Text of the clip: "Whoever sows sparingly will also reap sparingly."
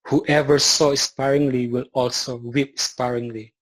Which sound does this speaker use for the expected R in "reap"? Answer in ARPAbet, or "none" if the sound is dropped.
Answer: W